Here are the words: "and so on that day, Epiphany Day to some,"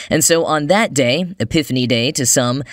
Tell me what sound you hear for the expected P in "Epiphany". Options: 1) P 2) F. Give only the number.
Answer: 1